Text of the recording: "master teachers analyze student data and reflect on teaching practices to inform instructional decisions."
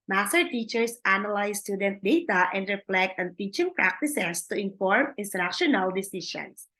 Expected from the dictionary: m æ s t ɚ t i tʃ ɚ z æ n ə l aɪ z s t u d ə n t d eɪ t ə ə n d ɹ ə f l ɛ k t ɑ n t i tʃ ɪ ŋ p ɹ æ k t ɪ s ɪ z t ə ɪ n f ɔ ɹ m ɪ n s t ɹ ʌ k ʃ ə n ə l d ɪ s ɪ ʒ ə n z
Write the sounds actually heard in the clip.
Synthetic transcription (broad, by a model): m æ s t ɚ t i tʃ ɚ s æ n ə l aɪ s t u d ə n t d eɪ t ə ə n d ɹ ə f l ɛ k t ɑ n t i tʃ ɪ ŋ p ɹ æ k t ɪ s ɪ s t ə ɪ n f ɔ ɹ m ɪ n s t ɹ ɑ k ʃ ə n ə l d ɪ s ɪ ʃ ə n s